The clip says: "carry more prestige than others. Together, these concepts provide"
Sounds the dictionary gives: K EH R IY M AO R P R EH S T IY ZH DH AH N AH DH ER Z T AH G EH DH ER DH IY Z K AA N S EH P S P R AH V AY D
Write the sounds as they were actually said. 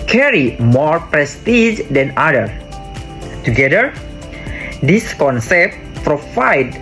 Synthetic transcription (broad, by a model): K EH R IY M AO R P R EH S T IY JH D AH N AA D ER T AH G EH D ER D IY S K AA N S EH P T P R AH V AY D